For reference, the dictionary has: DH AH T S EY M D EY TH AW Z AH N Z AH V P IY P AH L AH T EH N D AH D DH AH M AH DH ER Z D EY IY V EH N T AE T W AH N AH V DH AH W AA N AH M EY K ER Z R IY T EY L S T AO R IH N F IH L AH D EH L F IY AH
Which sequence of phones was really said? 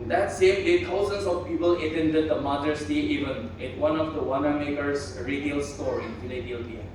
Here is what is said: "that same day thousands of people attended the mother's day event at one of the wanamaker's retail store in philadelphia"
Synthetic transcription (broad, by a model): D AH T S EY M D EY T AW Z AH N S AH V P IY P AH L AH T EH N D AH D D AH M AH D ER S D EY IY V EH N IH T W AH N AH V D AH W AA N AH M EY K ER S R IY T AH L S T AO R IH N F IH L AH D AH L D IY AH